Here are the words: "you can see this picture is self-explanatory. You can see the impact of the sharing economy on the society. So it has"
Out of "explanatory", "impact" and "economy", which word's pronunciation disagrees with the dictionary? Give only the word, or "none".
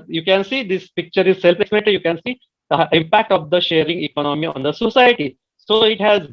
explanatory